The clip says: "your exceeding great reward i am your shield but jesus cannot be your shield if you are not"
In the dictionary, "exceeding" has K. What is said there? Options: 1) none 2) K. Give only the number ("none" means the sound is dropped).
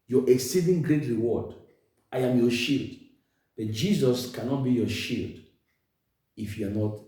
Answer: 2